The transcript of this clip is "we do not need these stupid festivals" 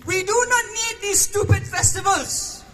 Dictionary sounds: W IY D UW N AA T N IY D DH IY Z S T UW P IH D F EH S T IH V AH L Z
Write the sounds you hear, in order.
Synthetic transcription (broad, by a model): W IY D UW N AA T N IY D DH IY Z S T UW P IH D F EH S T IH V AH L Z